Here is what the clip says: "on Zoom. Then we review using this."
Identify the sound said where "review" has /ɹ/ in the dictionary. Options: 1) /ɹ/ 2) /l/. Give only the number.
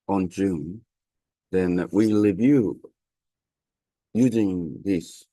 2